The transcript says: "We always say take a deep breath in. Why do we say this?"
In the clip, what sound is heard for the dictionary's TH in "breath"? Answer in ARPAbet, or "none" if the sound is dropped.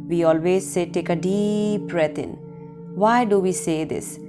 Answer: T